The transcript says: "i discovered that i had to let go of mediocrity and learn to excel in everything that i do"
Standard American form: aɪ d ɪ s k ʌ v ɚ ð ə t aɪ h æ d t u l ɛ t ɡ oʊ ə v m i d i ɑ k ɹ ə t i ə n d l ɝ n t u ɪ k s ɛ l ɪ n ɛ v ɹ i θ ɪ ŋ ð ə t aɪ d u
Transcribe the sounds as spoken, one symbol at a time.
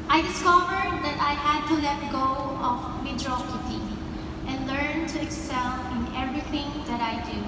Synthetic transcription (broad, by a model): aɪ d ɪ s k ʌ v ɚ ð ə t aɪ h æ d t u l ɛ t ɡ oʊ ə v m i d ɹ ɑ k ə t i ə n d l ɝ n t u ɪ k s ɛ l ɪ n ɛ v ɹ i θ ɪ ŋ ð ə t aɪ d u